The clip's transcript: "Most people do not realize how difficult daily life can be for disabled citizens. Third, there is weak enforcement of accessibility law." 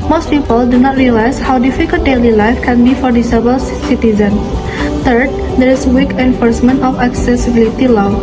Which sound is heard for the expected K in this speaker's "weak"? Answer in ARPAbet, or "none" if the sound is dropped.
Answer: K